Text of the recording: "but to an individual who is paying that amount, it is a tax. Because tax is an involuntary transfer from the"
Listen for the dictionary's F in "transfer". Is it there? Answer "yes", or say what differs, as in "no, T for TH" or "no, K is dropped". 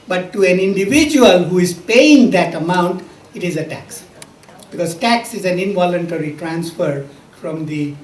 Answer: yes